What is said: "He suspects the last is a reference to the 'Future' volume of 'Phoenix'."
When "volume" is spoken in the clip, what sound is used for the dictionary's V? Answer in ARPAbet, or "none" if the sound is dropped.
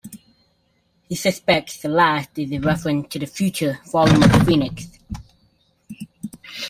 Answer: F